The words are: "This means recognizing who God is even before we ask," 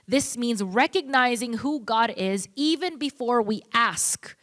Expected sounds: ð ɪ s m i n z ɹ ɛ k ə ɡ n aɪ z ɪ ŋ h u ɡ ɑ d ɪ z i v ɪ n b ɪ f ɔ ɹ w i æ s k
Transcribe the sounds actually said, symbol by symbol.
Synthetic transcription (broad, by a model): ð ɪ s m i n z ɹ ɛ k ə ɡ n aɪ z ɪ ŋ h u ɡ ɑ d ɪ z i v ɪ n b ɪ f ɔ ɹ w i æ s k